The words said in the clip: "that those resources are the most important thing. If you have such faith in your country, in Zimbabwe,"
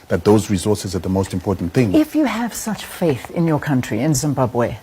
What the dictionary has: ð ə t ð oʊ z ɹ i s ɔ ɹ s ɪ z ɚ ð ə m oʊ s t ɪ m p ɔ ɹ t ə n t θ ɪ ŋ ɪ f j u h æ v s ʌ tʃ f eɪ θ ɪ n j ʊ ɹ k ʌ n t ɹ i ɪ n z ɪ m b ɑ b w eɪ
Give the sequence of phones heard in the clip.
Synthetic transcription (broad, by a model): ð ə t ð oʊ z ɹ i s ɔ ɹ s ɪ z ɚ ð ə m oʊ s t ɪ m p ɔ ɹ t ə n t θ ɪ ŋ ɪ f j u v s ʌ tʃ f eɪ θ ɪ n j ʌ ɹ k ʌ n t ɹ i ɪ n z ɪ m b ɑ b w eɪ